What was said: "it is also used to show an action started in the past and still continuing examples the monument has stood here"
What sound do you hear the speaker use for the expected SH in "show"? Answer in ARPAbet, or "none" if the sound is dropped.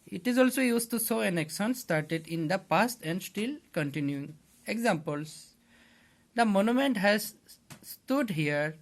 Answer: S